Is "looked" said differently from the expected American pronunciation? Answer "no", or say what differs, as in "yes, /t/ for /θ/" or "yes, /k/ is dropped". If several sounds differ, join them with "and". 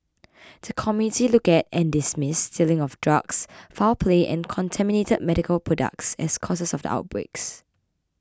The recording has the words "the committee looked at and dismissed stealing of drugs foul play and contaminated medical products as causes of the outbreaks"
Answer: yes, /t/ is dropped